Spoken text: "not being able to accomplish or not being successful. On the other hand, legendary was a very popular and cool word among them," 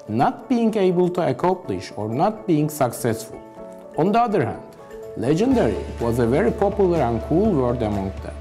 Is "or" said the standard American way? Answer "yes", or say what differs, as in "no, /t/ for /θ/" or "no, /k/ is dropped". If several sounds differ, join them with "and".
yes